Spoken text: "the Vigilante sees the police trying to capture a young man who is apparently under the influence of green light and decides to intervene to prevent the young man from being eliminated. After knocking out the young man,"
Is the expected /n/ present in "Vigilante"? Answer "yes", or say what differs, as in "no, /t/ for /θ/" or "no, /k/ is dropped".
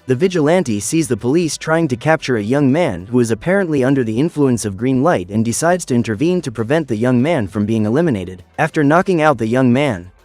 yes